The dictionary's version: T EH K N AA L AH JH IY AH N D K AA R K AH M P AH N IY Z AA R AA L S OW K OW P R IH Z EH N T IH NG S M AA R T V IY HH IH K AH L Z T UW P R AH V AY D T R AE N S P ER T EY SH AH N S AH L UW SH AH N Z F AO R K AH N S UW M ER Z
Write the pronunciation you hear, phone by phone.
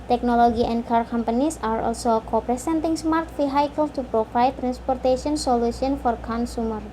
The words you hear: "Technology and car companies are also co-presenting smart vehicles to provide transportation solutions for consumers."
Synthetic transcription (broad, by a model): T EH K N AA L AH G IY AH N D K AA R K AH M P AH N IY S AA R AA L S OW K OW P R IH S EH N T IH NG S M AA R T F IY HH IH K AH L T UW P R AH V AY T R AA N S P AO T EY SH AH N S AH L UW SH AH N F AO R K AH N S UW M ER